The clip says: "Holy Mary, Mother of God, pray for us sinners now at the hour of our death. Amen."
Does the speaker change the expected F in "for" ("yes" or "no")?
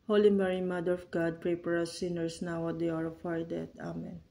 yes